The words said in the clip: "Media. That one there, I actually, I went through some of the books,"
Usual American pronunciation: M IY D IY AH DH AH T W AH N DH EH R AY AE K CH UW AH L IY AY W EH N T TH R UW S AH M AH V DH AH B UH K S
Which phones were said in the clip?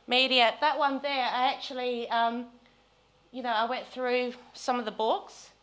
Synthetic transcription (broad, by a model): M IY D IY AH DH AH T W AH N DH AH R AY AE K CH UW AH N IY AY W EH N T TH R UW S AH M AH V DH AH B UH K S